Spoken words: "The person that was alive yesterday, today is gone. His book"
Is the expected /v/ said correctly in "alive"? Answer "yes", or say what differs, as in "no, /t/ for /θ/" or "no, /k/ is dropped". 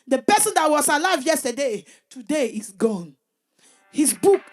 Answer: yes